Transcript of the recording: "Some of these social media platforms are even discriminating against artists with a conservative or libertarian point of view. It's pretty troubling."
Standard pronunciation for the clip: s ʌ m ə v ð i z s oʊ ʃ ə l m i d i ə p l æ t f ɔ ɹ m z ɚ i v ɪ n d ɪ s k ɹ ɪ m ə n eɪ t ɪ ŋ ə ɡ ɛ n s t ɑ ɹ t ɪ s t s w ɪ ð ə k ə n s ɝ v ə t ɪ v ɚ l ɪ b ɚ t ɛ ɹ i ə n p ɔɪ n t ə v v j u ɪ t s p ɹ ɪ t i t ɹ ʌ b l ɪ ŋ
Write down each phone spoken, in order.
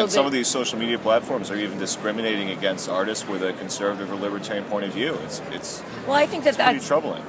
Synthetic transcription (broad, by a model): s ʌ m ə v ð i z s oʊ ʃ l m i d i ə p l æ t f ɔ ɹ m z ɚ i v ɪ n d ɪ s k ɹ ɪ m ə n eɪ t ɪ ŋ ə ɡ ɛ n s t ɑ ɹ t ɪ s t s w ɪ ð ə k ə n s ɝ v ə t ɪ v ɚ l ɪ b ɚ t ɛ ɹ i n p ɔɪ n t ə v v j u ɪ t s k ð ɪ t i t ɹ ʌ b l ɪ ŋ